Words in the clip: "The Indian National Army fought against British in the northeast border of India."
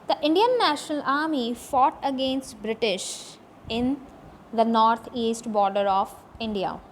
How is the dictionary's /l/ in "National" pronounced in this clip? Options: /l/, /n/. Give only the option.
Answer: /l/